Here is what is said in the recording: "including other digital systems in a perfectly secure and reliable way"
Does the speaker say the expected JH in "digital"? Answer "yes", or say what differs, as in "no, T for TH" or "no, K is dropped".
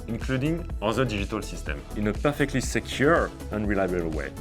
no, ZH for JH